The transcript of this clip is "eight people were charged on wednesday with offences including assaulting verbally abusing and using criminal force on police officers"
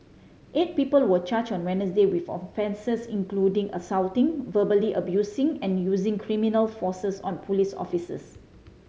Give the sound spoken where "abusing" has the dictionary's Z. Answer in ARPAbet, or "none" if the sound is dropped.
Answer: S